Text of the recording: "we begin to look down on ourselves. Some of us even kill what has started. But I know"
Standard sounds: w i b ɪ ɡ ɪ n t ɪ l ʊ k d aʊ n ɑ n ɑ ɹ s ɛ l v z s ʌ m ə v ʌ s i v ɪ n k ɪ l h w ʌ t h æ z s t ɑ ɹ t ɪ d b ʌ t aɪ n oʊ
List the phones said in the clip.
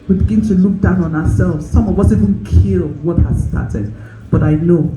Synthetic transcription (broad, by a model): w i b ɪ ɡ ɪ n t ɪ l ʊ k d aʊ n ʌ n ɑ s ɛ l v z s ʌ m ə w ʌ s i v ɪ n k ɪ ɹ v w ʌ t h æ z s t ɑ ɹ t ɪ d b ʌ t aɪ n oʊ